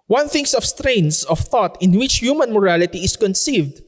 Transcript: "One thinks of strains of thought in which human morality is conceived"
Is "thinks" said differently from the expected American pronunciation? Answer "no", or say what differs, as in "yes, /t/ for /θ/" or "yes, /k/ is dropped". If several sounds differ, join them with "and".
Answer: yes, /k/ is dropped